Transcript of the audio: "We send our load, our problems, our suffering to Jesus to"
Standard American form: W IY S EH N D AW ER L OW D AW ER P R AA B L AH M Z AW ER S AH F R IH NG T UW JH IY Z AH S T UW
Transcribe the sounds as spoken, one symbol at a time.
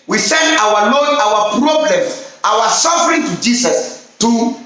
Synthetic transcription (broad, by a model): W IY S EH N D AW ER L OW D AW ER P R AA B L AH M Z AW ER S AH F R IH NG T UW JH IY S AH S T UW